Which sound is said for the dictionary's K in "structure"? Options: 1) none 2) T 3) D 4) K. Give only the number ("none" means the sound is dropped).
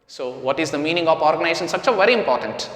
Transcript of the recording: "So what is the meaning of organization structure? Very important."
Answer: 1